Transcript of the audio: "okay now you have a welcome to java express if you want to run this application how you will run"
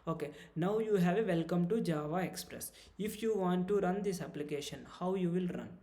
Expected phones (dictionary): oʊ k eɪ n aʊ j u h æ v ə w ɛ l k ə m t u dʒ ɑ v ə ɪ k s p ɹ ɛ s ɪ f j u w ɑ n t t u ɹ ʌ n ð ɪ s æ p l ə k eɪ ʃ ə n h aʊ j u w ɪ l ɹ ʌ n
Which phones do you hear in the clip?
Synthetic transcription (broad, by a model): oʊ k eɪ n aʊ j u h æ v ə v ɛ l k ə m t u dʒ ɑ v ə ɪ k s p ɹ ɛ s ɪ f j u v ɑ n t t u ɹ ʌ n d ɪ s æ p l ə k eɪ ʃ ə n h aʊ j u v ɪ l ɹ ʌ n